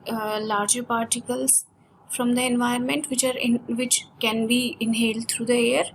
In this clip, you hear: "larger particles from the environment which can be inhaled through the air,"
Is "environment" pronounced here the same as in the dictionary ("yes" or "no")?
no